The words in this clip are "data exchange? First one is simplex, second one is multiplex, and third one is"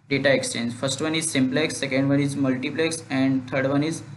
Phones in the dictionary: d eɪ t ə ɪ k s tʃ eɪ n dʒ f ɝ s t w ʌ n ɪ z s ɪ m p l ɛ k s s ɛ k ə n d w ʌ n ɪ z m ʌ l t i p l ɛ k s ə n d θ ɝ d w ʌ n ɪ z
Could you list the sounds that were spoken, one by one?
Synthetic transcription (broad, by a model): d eɪ t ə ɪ k s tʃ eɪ n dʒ f ɝ s t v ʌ n ɪ z s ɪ m p l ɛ k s s ɛ k ə n d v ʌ n ɪ z m ʌ l t i p l ɛ k s ə n d t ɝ d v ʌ n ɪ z